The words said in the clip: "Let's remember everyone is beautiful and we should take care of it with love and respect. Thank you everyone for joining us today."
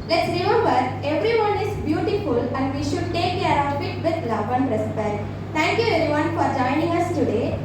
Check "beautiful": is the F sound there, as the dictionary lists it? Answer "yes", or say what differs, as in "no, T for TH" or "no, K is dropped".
yes